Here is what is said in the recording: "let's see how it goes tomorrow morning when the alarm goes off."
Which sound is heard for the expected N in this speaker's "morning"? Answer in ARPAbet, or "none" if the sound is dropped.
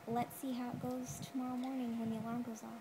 N